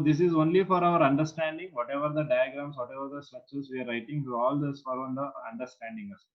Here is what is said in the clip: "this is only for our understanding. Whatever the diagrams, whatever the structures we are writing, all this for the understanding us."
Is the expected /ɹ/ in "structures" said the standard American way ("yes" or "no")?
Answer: no